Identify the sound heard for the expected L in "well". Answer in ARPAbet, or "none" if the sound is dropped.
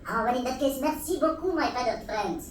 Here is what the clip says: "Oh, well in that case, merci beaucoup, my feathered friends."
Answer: N